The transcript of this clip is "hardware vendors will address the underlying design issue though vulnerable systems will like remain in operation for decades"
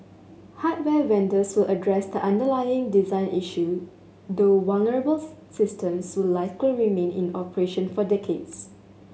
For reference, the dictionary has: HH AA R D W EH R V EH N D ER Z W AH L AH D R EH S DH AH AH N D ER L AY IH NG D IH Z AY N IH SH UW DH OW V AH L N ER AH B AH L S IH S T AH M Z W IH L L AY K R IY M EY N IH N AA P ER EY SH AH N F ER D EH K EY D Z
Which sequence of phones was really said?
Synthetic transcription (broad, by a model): HH AA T W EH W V EH N D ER S W AH L AH D R EH S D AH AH N D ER L AY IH NG D IH Z AY N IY SH UW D OW W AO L N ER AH B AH L S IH S T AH M S W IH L L AY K R IY M EY N IH N AA P ER EY SH AH N F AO D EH K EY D S